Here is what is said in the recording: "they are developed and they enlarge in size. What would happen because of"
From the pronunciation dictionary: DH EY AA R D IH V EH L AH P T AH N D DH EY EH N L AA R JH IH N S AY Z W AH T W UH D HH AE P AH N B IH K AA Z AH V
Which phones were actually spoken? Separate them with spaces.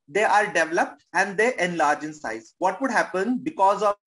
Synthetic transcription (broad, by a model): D EY AA R D IH V EH L AH P T AH N D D EY EH N L AA R JH IH N S AY Z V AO T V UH D HH AE P AH N B IH K AA Z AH